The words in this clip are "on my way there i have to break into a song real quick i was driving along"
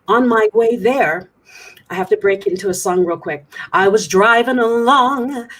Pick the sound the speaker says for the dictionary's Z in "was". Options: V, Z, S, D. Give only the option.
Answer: Z